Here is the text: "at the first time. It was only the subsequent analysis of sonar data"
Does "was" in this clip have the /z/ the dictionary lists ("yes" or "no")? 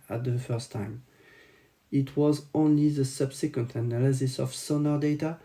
yes